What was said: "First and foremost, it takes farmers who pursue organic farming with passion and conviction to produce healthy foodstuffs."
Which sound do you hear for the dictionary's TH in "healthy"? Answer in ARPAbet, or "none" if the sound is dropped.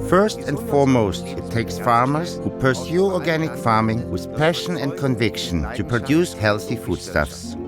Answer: TH